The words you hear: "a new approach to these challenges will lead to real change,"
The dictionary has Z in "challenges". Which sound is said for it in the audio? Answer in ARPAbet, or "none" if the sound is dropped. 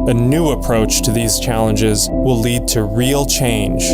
Z